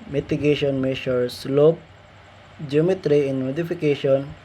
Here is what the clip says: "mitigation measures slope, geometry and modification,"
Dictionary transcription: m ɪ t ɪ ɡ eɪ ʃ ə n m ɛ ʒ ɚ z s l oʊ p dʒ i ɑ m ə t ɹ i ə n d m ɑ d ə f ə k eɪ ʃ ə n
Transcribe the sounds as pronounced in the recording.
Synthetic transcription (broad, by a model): m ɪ t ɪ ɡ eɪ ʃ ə n m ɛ ʃ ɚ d s l oʊ p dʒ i m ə t ɹ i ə n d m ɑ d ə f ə k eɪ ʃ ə n